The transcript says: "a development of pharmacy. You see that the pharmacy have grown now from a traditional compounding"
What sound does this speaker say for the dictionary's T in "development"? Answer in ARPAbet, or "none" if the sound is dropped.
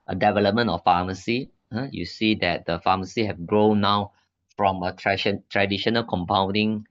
none